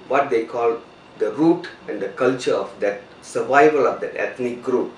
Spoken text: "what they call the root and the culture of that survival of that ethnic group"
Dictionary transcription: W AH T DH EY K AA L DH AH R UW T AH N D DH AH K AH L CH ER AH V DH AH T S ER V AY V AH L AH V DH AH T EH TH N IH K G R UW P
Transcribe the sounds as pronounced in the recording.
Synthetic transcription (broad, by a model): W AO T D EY K AA L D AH R UW T AH N D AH K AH L CH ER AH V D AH T S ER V AY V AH L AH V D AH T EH T N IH K G R UW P